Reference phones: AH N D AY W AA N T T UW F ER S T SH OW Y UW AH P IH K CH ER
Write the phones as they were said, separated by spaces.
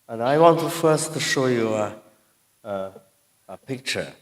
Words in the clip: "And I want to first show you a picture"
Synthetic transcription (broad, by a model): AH N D AY W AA N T T UW F ER S T SH OW Y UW AH P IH K CH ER